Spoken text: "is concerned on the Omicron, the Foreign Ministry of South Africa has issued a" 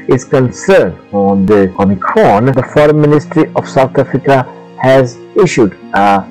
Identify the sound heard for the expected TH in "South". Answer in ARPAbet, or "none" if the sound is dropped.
T